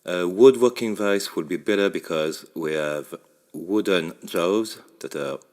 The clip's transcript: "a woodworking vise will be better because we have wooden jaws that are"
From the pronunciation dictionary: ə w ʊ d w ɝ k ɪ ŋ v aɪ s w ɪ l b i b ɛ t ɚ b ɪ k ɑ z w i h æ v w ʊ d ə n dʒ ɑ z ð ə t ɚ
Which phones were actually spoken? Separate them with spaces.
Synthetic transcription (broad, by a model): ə w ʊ d w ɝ k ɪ ŋ v aɪ s w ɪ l b i b ɛ t ɚ b ɪ k ɑ z w i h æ v w ʊ d ə n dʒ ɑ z ð ə t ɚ